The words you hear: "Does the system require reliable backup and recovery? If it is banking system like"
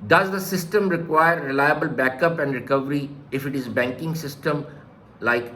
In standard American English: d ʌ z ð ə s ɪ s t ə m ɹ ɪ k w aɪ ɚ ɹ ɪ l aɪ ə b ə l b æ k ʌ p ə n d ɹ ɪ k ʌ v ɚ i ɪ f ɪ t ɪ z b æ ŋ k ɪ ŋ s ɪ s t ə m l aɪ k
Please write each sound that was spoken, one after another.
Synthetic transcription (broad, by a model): d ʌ z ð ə s ɪ s t ə m ɹ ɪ k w aɪ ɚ ɹ ɪ l aɪ ə b ə l b æ k ʌ p ə n d ɹ ɪ k ʌ v ɚ i ɪ f ɪ t ɪ z b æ ŋ k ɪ ŋ s ɪ s t ə m l aɪ k